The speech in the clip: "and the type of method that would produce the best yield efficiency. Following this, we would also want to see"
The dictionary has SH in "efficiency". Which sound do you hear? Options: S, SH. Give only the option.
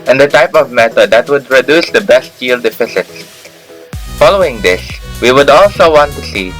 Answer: S